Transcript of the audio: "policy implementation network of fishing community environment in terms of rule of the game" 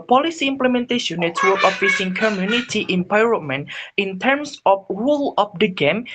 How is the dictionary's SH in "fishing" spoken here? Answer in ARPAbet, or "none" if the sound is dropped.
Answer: S